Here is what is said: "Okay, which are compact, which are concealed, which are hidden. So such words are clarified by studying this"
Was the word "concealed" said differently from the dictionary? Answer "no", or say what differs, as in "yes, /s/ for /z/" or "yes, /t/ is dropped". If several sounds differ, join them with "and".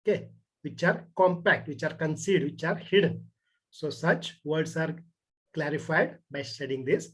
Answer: yes, /l/ is dropped